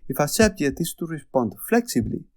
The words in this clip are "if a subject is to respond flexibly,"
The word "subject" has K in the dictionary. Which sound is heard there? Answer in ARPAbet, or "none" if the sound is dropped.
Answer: none